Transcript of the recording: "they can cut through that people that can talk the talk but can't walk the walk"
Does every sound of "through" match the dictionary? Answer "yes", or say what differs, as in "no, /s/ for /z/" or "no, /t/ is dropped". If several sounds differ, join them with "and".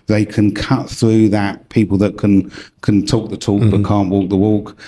yes